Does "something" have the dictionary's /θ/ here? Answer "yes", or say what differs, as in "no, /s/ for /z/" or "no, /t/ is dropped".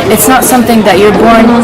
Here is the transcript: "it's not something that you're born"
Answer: yes